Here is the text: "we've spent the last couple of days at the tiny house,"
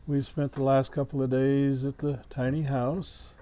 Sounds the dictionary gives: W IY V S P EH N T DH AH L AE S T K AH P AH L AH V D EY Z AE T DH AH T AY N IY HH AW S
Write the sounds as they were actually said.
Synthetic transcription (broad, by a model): W IY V S P EH N DH AH L AE S T K AH P L AH V D EY Z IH T DH AH T AY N IY HH AW S